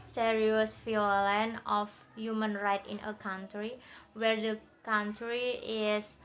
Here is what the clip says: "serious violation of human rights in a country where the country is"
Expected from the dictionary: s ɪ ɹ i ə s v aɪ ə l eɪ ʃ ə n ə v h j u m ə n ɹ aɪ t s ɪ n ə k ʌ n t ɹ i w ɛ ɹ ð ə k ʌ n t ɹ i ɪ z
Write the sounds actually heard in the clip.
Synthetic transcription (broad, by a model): s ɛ ɹ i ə s f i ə l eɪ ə n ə f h j u m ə n ɹ aɪ t ɪ n ə k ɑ n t ɹ i w ɛ ɹ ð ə k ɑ n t ɹ i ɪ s